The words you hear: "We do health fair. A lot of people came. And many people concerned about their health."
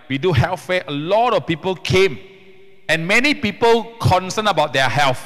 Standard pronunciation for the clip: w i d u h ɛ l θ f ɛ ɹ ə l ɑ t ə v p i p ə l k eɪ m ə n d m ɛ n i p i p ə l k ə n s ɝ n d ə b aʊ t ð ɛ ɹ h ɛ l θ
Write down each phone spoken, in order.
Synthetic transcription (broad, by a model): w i d u h ɛ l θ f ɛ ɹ ə l ɑ t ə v p i p ə l k eɪ m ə n m ɛ n i p i p ə l k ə n s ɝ n ə b aʊ t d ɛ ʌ h ɛ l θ